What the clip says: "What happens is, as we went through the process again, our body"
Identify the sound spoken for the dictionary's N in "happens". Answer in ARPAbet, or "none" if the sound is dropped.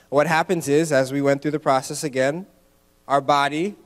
N